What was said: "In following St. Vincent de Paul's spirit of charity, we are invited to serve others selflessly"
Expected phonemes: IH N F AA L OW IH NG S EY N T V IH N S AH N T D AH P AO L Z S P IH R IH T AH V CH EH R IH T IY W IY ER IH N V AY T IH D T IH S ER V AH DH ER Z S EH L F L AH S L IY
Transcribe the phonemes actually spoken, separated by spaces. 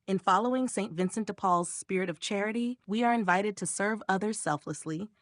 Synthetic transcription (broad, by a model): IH N F AA L OW IH NG S EY N T V IH N S AH N T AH P AO L Z S P IH R IH T AH V CH EH R IH T IY W IY ER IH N V AY T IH D T IH S ER V AH DH ER Z S EH L F L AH S L IY